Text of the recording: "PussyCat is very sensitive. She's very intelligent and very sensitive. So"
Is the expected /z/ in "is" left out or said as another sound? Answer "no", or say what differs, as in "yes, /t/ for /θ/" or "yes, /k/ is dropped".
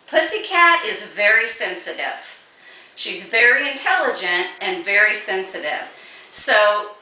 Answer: no